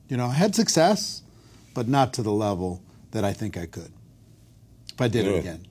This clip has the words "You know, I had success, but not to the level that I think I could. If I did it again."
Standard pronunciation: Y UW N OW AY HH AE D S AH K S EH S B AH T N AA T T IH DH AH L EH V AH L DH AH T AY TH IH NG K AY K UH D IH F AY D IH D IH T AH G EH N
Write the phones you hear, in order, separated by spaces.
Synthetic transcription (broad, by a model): Y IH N OW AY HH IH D S AH K S EH S B AH T N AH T T IH DH AH L EH V L DH AH T AY TH IH NG K AY K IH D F AY D IH D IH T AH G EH N